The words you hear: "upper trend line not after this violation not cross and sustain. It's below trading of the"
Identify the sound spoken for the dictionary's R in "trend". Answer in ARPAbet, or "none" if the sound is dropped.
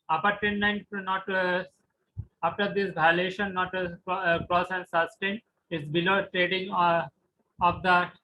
none